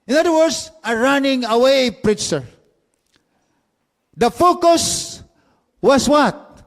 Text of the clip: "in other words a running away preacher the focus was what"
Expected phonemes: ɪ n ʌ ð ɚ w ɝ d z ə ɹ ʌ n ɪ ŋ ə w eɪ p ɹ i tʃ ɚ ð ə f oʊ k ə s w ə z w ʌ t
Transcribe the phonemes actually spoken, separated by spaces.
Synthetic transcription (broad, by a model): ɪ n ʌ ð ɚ w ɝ d s ə ɹ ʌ n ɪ ŋ ə w eɪ p ɹ i tʃ ɚ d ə f oʊ k ə s w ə s w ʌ t